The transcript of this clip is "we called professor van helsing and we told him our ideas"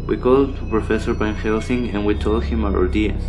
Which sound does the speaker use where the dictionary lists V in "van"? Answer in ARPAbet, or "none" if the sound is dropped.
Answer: B